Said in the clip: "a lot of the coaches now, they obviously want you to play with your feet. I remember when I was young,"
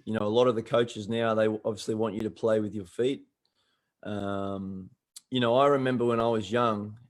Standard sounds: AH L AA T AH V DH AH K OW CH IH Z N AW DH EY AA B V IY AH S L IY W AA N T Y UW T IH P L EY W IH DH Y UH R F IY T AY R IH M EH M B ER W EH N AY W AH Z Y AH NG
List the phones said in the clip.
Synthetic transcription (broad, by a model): AH L AA T AH V DH AH K OW CH IH Z N AW DH EY AA B V IY AH S L IY W AA N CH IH T IH P L EY W IH DH Y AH R F IY T AY R IH M EH M B ER W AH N AY W AH Z Y AH NG